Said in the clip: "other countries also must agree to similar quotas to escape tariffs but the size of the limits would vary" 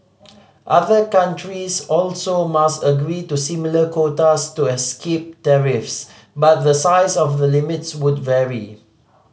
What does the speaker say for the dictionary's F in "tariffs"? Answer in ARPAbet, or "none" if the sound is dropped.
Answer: F